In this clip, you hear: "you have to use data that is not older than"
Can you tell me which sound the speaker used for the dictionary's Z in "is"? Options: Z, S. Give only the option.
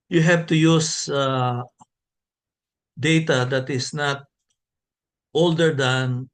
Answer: S